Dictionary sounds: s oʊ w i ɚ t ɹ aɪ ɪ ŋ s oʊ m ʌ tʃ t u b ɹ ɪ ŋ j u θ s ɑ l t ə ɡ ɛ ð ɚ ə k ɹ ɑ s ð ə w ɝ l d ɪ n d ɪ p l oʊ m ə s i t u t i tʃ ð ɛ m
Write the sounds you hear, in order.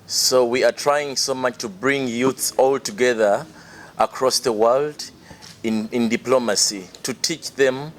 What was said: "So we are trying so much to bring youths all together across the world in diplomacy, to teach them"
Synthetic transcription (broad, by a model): s oʊ w i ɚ t ɹ aɪ ɪ ŋ s oʊ m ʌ tʃ t u b ɹ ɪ ŋ j u θ s ɑ l t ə ɡ ɛ ð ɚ ə k ɹ ɑ s ð ə w ɝ l d ɪ n d ɪ p l oʊ m ə s i t u t i tʃ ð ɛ m